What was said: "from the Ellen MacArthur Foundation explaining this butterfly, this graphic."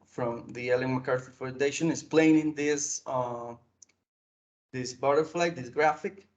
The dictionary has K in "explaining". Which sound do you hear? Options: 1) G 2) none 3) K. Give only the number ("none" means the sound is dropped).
2